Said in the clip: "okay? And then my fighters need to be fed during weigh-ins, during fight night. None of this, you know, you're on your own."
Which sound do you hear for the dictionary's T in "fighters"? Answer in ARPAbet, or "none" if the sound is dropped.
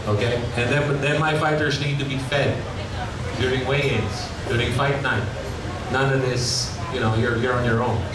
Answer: T